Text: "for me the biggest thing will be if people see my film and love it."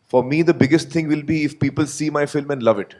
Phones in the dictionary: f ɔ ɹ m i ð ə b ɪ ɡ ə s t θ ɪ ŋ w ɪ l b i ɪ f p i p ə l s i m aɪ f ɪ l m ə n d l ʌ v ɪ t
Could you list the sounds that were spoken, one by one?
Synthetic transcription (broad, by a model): f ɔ ɹ m i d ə b ɪ ɡ ə s t t ɪ ŋ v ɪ l b i ɪ f p i p ə l s i m aɪ f ɪ l m ə n d l ʌ v ɪ t